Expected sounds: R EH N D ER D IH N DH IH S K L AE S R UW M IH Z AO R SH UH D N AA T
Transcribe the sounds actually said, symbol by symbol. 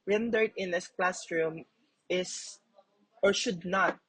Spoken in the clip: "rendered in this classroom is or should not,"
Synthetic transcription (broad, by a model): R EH N D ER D IH N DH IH S K L AE S R UW M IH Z AO R SH UH D N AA T